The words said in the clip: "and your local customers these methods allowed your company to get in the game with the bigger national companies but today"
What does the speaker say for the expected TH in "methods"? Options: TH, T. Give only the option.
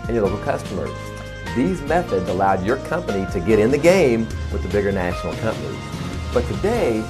TH